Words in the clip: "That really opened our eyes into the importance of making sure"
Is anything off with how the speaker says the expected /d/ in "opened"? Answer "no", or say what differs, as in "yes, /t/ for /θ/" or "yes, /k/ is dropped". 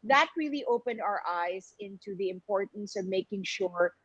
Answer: no